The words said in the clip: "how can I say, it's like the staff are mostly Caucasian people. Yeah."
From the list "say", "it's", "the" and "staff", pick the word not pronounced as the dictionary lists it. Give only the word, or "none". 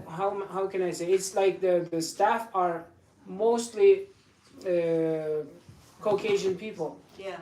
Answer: none